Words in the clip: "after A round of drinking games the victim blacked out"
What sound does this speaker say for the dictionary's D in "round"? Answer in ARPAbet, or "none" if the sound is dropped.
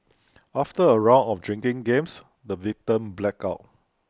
none